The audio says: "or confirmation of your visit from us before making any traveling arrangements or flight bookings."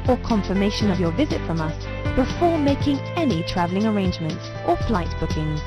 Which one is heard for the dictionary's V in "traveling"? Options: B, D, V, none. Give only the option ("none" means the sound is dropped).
V